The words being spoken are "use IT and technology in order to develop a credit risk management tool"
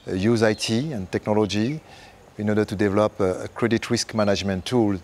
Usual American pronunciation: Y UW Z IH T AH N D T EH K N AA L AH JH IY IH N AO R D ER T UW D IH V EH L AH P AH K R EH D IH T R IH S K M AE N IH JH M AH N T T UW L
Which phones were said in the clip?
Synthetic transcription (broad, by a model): Y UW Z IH T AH N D T EH K N AA L AH JH IY IH N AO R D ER T UW D IH V EH L AH P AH K R EH D IH T R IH S K M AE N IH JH M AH N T T UW L